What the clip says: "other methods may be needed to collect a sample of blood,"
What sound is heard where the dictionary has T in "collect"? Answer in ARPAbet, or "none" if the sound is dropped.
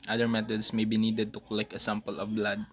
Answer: none